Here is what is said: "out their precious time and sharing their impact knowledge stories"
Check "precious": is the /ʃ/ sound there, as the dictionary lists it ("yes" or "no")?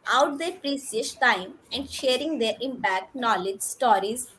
no